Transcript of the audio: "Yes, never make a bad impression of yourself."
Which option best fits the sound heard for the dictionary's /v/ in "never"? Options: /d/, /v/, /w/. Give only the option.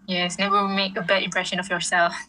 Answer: /w/